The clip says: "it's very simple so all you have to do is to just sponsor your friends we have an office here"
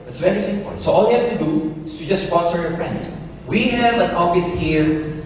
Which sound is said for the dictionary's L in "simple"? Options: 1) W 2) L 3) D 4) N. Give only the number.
4